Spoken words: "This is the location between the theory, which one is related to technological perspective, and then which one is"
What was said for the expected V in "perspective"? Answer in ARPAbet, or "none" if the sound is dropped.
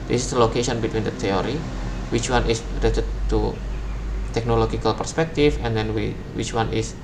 F